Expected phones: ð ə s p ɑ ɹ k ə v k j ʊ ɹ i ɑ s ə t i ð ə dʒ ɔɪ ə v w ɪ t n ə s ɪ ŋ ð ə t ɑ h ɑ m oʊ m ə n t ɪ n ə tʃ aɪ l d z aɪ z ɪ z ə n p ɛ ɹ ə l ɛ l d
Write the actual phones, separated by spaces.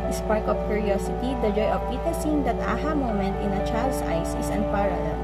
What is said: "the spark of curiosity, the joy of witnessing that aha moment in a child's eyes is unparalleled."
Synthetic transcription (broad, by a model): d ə s p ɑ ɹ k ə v k j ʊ ɹ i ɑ s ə t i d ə dʒ ɔɪ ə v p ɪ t ə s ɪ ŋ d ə t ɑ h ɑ m oʊ m ə n t ɪ n ə tʃ aɪ l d s aɪ s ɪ s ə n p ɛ ɹ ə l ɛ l